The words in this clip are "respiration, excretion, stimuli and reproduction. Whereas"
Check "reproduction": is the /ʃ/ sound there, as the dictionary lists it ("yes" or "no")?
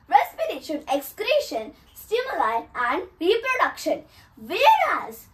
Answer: yes